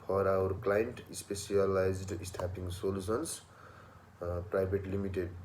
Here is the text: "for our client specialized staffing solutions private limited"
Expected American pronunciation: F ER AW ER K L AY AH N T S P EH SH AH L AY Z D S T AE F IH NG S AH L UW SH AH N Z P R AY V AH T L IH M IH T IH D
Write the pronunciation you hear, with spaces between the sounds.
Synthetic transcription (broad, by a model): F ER AW ER K L AY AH N T S P EH S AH L AY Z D S T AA P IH NG S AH L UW S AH N S P R AY B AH T L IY M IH T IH D